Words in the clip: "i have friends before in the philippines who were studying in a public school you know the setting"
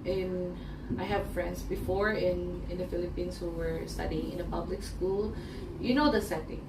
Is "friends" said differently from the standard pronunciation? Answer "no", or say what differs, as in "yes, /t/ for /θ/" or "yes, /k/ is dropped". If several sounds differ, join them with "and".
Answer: yes, /s/ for /z/